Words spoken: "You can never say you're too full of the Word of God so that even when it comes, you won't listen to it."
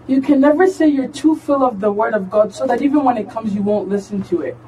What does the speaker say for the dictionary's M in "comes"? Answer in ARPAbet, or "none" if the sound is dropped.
M